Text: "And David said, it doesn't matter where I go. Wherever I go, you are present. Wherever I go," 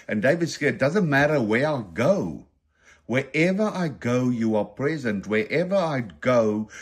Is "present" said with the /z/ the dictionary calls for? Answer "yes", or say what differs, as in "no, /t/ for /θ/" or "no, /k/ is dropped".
yes